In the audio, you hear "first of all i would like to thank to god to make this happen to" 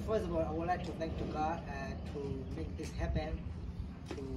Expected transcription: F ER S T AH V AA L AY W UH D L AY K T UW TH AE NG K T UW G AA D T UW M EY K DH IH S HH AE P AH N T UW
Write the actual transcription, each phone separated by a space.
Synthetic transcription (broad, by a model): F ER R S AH B AA L AY W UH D L AY K T UW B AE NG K T UW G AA T UW M EY K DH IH S HH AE P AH N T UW